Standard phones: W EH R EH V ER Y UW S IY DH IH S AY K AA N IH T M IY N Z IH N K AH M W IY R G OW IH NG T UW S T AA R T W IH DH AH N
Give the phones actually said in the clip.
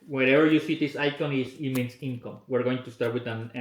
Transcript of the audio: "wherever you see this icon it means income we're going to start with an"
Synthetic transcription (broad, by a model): W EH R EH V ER Y UW S IY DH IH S AY K AA N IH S M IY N S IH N K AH M W IY R G OW IH NG T UW S T AA R T W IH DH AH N